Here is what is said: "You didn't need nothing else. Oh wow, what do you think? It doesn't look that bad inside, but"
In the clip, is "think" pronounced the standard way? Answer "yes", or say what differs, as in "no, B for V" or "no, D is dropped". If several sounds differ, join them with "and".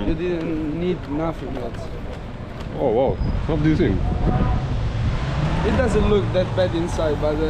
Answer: no, K is dropped